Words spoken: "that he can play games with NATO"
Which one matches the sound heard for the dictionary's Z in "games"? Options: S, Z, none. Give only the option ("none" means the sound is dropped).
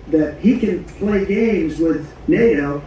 Z